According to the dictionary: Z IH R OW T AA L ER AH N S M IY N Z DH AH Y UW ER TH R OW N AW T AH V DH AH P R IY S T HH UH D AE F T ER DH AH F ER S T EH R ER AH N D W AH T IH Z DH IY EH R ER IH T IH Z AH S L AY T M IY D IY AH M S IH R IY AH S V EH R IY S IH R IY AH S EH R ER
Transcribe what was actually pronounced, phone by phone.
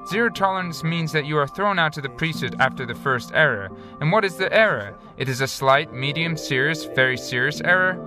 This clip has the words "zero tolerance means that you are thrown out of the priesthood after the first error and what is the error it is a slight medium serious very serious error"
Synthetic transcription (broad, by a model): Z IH R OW T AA L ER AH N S M IY N Z DH AH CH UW ER TH R OW N AW T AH DH AH P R IY S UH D AE F T ER DH AH F ER S T EH R ER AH N W AH T IH Z DH IY EH R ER IH T IH Z AH S L AY T M IY D IY AH M S IH R IY AH S V EH R IY S IH R IY AH S EH R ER